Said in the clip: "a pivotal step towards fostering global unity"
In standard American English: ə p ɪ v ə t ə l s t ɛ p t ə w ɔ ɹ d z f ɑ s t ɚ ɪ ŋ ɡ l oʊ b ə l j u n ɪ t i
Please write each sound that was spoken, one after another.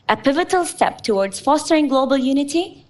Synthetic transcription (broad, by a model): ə p ɪ v ə t ə l s t ɛ p t ə w ɔ ɹ d z f ɑ s t ɚ ɪ ŋ ɡ l oʊ b ə l j u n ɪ t i